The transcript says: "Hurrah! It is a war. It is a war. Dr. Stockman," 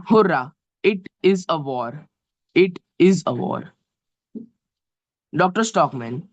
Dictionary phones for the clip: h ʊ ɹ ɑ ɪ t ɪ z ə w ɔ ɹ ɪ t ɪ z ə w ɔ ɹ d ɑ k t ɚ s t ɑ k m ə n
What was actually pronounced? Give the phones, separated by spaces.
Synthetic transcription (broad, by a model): h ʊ ɹ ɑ ɪ t ɪ z ə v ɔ ɹ ɪ t ɪ z ə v ɔ ɹ d ɑ k t ɚ s t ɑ k m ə n